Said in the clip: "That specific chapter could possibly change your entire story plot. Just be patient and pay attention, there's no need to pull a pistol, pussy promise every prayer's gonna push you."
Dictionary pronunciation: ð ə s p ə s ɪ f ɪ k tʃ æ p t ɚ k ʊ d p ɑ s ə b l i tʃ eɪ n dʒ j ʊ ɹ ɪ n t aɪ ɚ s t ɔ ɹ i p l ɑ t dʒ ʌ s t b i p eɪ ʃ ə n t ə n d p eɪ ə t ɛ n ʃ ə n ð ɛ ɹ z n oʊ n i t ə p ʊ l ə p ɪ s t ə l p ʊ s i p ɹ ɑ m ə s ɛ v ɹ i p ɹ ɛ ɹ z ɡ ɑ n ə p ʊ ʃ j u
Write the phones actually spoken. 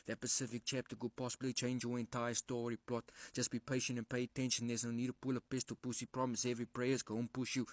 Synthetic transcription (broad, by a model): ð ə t p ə s ɪ f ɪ k tʃ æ p t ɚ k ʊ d p ɑ s ə b l i tʃ eɪ n dʒ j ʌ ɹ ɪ n t aɪ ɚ s t ɔ ɹ i p l ɑ t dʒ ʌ s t b i p eɪ ʃ ə n t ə n p eɪ ə t ɛ n ʃ ə n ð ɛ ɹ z n oʊ n i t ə p ʊ l ə p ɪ s t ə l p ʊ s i p ɹ ɑ m ə s ɛ v ɹ i p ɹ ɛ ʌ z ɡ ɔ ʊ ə p ʊ ʃ j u